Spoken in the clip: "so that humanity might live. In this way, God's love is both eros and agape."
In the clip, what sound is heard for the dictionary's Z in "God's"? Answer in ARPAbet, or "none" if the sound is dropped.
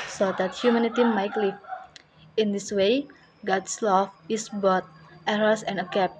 S